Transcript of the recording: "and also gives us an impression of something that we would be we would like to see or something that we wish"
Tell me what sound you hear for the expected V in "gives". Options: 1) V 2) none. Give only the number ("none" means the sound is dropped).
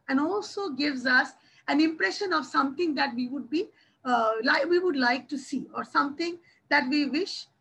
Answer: 1